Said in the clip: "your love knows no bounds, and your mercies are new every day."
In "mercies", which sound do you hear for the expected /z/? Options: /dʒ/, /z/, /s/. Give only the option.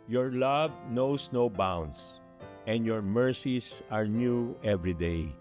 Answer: /s/